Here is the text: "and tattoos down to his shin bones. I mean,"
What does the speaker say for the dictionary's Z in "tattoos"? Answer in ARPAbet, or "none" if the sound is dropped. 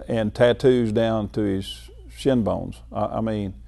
Z